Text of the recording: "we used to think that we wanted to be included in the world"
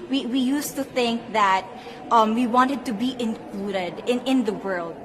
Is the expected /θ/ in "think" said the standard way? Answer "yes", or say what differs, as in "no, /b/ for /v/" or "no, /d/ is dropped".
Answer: yes